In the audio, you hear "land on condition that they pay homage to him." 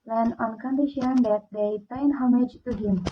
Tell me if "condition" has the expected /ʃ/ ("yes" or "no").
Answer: yes